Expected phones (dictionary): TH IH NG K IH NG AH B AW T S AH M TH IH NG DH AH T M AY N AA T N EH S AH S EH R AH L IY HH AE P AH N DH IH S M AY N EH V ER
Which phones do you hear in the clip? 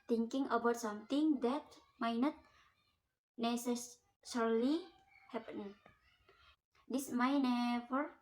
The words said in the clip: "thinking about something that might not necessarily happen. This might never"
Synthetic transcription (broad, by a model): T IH NG K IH NG AH B AW T S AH M T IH NG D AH T M AY N AA T N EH S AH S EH R L IY HH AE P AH N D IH S M AY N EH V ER